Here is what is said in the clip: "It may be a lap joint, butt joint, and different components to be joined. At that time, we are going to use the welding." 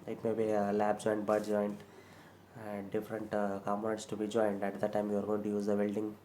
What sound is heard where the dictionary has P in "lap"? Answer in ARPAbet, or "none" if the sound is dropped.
B